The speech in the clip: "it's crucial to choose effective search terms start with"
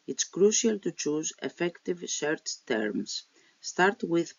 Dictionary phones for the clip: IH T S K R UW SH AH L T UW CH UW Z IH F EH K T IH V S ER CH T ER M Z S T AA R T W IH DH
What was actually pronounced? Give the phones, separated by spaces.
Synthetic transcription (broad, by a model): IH T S K R UW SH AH L T UW CH UW Z IH F EH K T IH V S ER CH T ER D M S T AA R T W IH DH